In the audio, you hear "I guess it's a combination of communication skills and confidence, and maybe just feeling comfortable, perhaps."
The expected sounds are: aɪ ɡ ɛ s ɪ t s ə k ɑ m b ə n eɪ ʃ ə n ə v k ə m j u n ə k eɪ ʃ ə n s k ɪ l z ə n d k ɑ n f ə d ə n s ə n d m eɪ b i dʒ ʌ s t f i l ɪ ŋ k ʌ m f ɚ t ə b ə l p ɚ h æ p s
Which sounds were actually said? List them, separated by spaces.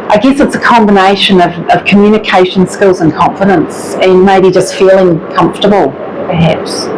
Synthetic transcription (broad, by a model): aɪ ɡ ɛ s ɪ t s ə k ɑ m b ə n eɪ ʃ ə n ə v k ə m j u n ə k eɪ ʃ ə n s k ɪ l z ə n k ɑ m f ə d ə n s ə n m eɪ b i dʒ ʌ s t f i l ɪ ŋ k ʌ m f t ə b ə l p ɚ h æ p s